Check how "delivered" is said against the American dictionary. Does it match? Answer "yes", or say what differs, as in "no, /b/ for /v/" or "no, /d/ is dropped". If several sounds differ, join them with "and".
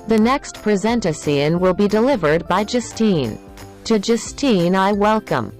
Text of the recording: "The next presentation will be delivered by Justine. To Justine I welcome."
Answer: yes